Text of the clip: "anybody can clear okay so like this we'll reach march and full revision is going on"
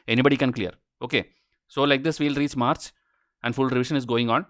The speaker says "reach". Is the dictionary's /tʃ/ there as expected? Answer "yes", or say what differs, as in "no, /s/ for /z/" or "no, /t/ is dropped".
no, /s/ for /tʃ/